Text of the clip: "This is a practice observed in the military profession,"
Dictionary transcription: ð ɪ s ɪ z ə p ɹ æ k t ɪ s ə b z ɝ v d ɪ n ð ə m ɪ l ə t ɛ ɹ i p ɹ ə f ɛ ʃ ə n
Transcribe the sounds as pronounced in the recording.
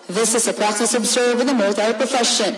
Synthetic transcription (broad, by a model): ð ɪ s ɪ z ə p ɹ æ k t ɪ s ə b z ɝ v ɪ ð ə m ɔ ə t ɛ i p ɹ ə f ɛ ʃ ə n